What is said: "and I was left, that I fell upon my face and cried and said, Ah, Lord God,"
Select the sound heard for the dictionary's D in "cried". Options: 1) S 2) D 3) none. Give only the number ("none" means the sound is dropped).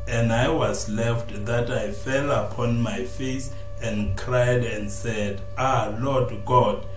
2